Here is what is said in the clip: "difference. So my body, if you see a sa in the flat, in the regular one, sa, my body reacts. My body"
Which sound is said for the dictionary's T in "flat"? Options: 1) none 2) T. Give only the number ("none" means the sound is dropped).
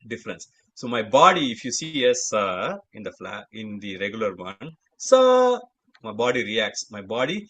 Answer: 1